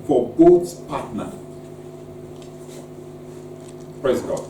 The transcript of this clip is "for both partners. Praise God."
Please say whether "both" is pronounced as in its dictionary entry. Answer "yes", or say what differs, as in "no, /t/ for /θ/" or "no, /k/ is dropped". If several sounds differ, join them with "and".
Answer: no, /s/ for /θ/